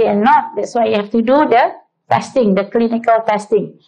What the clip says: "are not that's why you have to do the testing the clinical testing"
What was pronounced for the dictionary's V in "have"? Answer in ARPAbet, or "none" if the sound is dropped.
F